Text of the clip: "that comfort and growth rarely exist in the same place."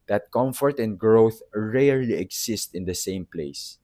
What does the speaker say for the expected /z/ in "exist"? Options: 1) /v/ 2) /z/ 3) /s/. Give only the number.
3